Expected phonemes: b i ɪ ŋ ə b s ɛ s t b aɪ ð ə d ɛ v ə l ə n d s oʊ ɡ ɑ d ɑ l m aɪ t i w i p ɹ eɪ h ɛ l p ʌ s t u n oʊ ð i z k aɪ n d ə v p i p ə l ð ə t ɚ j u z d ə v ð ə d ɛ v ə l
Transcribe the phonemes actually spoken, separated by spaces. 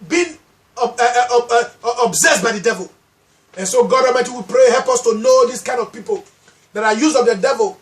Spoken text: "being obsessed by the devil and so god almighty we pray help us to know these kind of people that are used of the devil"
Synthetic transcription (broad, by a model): b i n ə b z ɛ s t b aɪ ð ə d ɛ v ə l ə n s oʊ ɡ ɑ d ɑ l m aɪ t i w i p ɹ eɪ h ɛ l p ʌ s t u n oʊ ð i s k aɪ n d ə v p i p ə l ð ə t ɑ j u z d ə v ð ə d ɛ v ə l